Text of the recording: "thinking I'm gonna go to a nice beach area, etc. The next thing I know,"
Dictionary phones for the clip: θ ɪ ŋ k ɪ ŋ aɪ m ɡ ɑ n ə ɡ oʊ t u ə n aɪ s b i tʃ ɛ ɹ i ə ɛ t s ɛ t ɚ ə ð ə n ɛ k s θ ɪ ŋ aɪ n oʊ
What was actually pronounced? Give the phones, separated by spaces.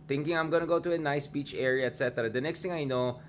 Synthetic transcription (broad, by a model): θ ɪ ŋ k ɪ ŋ aɪ m ɡ ɑ n ə ɡ oʊ t u ə n aɪ s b i tʃ ɛ ɹ i ə ɛ t s ɛ t ɚ ə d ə n ɛ k s t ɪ ŋ aɪ n oʊ